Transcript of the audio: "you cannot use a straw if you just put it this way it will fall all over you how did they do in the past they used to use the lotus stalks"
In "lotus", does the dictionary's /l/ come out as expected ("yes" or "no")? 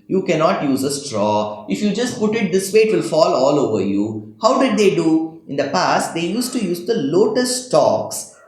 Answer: yes